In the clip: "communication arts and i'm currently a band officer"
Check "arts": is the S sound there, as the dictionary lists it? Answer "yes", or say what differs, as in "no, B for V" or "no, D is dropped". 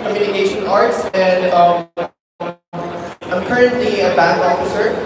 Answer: yes